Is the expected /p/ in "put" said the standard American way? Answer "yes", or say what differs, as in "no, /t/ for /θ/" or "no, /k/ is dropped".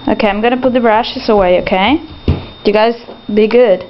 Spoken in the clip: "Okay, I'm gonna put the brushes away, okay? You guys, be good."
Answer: yes